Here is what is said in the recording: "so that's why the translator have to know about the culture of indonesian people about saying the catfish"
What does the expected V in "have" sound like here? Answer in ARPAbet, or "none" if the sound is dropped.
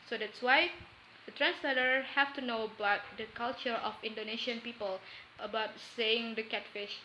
F